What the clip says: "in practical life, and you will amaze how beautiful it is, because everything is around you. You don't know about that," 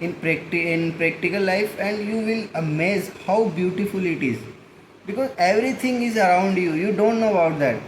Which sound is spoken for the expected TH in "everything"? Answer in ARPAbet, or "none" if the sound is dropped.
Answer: T